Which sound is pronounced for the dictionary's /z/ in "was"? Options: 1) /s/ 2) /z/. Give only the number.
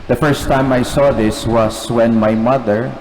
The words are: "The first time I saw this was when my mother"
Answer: 1